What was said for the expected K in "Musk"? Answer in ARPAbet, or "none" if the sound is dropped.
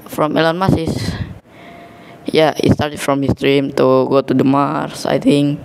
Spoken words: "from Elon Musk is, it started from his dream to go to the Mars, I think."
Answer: none